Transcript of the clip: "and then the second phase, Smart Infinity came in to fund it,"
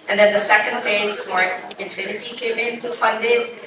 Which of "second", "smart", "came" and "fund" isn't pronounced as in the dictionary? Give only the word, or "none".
smart